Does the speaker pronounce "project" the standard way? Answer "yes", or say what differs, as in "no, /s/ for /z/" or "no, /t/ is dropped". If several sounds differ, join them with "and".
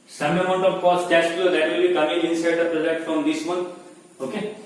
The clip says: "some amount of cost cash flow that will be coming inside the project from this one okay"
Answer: no, /k/ is dropped